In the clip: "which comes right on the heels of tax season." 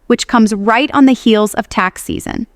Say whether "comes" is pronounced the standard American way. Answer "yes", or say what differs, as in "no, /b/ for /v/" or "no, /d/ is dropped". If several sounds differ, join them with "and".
yes